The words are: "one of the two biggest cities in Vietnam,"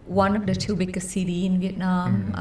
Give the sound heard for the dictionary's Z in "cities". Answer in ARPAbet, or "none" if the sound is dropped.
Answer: none